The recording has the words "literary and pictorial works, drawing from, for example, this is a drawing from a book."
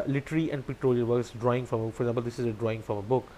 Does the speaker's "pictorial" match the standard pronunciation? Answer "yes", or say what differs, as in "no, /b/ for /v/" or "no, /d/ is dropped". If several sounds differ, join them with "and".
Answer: no, /l/ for /ɹ/